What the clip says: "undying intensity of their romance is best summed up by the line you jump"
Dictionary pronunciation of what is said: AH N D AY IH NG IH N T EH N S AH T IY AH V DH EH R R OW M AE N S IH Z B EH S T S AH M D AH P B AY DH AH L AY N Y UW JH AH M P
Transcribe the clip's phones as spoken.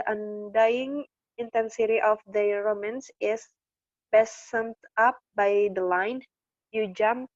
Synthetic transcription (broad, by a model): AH N D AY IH NG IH N T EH N S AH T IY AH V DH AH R R OW M AE N S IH S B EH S S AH M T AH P B AY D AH L AY N Y UW JH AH M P